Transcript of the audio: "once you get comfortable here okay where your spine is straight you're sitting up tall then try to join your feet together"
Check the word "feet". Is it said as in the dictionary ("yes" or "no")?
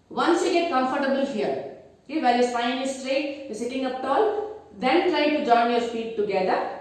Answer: no